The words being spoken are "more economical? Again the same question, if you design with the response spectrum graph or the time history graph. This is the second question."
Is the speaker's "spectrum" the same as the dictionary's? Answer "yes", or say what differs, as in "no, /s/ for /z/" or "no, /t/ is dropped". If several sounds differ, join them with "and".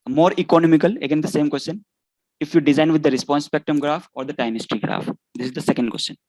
no, /ɹ/ is dropped